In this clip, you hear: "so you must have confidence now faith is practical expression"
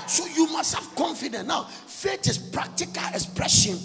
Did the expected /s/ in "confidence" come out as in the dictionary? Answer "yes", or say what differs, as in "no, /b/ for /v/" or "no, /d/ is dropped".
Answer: no, /s/ is dropped